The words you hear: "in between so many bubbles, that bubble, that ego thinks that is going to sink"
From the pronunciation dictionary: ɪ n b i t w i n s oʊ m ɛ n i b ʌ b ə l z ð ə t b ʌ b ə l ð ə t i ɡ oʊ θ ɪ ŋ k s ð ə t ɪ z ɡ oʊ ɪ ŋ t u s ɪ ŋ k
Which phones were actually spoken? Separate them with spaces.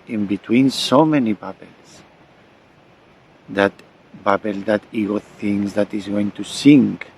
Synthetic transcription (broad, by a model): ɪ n b i t w i n s oʊ m ɛ n i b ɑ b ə l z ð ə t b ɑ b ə l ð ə t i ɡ oʊ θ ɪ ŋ s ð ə t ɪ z ɡ oʊ ɪ ŋ t u s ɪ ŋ k